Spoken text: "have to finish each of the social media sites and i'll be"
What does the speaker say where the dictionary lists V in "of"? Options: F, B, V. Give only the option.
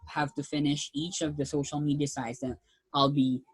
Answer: V